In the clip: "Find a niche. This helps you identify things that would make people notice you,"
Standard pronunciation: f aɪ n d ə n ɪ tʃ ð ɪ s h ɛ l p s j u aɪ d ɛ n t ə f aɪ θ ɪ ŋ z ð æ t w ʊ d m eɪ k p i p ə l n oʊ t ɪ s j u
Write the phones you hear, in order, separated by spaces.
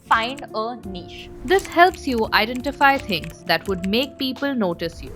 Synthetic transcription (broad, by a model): f aɪ n d ə n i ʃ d ɪ s h ɛ l p s j u aɪ d ɛ n t ə f aɪ t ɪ ŋ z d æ t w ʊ d m eɪ k p i p ə l n oʊ t ɪ s j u